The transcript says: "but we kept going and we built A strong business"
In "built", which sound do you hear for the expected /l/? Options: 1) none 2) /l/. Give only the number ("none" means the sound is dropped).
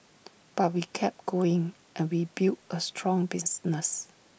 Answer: 1